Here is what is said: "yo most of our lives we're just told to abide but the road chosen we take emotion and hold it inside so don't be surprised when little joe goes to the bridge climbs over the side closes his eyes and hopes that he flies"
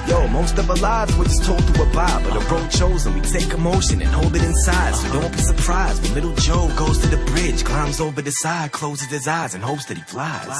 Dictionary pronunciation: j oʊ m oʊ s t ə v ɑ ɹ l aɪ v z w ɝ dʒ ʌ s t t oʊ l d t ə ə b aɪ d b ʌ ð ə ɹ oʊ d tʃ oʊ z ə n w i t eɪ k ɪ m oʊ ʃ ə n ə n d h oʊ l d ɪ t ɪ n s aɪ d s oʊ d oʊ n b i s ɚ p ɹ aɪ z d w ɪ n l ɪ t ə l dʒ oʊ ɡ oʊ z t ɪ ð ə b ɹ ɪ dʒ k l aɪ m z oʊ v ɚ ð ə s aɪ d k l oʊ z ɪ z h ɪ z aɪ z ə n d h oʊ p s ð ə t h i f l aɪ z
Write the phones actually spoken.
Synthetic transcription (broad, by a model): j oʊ m oʊ s t ə v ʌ l aɪ v z w ɝ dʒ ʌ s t t oʊ l d t ə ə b aɪ b ʌ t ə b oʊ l tʃ oʊ z ə n w i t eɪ k ɪ m oʊ ʃ ə n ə n h oʊ l d ɪ t ɪ n s aɪ d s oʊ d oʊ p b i s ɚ p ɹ aɪ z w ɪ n l ɪ t l dʒ oʊ ɡ oʊ z t ɪ ð ə b ɹ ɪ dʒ k l aɪ m z oʊ v ɚ ð ə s aɪ k l oʊ z ɪ z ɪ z aɪ z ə n h oʊ p s ð ə t h i f l aɪ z